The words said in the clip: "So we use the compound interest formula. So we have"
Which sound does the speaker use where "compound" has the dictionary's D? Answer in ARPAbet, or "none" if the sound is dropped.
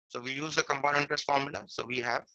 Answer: none